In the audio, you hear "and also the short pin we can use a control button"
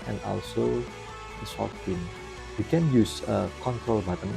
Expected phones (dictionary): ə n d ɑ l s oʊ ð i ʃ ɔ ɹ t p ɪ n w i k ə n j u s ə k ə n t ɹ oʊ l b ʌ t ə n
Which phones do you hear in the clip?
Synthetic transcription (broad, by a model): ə n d ɑ l s oʊ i s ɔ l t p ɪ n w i k ə n j u s ə k ə n t ɹ oʊ l b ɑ t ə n